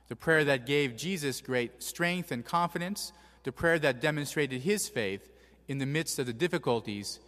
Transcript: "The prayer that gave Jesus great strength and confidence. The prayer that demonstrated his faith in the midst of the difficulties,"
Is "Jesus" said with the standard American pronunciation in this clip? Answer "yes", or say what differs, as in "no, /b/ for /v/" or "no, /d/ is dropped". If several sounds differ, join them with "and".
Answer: yes